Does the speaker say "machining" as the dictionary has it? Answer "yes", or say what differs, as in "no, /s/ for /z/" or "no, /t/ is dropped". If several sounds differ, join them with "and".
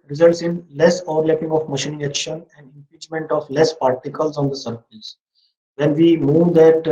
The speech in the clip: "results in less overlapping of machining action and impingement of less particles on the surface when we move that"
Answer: yes